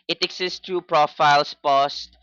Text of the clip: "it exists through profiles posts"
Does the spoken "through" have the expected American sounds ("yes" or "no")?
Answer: no